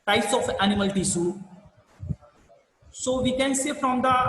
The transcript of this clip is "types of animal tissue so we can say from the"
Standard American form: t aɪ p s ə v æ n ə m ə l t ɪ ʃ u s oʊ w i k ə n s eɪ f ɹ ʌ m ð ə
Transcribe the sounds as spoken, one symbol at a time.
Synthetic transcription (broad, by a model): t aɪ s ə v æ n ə m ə l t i s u s oʊ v i k ə n s eɪ f ɹ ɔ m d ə